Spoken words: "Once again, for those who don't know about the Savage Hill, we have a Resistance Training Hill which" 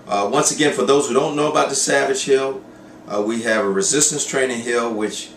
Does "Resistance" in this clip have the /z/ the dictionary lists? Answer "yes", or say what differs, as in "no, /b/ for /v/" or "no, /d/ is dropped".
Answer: yes